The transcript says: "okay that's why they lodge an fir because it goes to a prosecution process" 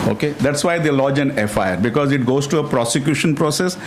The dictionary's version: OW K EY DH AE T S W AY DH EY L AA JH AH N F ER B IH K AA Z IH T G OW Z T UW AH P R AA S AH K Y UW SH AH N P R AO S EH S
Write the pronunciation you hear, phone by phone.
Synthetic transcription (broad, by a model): OW K EY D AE T S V AY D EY L AA JH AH N F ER B IH K AA Z IH T G OW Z T UW AH P R AA S AH K Y UW SH AH N P R AO S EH S